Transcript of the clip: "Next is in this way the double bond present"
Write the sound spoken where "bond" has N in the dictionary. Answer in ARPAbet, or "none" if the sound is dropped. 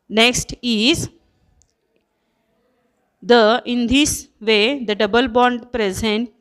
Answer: N